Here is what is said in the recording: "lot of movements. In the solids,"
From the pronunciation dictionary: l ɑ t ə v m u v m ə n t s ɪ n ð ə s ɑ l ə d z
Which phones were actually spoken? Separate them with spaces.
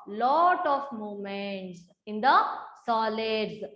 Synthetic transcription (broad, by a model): l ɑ t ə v m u m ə n t s ɪ n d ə s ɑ l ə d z